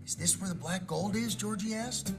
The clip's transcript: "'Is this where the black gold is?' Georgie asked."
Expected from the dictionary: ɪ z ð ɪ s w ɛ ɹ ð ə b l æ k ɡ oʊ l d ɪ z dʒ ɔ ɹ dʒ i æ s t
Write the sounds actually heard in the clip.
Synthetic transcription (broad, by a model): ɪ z ð ɪ s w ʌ ɹ ð ə b l æ k ɡ oʊ l d ɪ z dʒ ɔ ɹ dʒ i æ s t